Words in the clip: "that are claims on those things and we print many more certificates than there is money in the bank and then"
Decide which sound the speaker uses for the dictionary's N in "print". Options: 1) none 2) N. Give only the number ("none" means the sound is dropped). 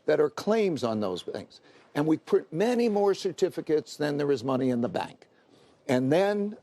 1